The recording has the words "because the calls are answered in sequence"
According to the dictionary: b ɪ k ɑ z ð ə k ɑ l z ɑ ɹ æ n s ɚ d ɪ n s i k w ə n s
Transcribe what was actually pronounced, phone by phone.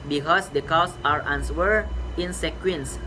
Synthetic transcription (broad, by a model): b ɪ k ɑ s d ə k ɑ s ɑ ɹ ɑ n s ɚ ɪ n s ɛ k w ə n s